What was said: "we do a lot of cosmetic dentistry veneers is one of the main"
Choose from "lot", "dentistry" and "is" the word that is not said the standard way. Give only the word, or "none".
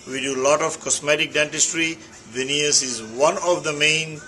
none